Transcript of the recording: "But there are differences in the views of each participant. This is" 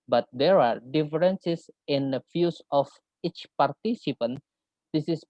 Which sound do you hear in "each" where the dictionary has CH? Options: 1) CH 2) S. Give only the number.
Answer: 1